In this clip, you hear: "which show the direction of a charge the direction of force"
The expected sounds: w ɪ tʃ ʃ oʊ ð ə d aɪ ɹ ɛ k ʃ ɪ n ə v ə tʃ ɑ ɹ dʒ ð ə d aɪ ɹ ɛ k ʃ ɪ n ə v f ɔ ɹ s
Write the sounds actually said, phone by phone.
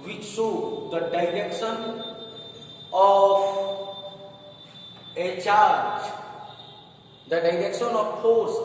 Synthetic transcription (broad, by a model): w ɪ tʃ s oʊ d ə d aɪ ɹ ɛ k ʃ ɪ n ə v ə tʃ ɑ ɹ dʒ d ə d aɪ ɹ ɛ k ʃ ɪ n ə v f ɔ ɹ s